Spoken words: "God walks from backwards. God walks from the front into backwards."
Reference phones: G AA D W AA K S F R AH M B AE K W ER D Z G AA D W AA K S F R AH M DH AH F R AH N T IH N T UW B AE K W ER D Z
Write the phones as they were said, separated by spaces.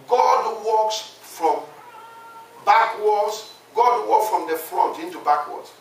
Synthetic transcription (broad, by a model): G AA D W AA K S F R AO M B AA K W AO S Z G AA D W AA K S F R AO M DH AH F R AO T IH N T UW B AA K W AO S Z